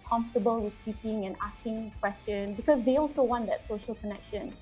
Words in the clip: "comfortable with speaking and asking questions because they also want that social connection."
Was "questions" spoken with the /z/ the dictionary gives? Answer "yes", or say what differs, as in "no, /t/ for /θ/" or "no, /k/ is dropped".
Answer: no, /z/ is dropped